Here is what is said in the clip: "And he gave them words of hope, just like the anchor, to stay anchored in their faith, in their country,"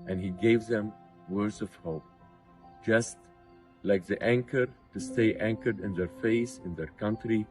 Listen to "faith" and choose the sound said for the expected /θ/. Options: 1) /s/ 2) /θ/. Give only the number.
1